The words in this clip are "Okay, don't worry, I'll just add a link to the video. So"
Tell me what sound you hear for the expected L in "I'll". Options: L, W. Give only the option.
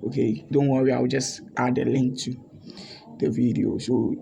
W